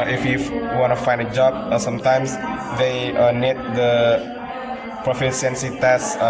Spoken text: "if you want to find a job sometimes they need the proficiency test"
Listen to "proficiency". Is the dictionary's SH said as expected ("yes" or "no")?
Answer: no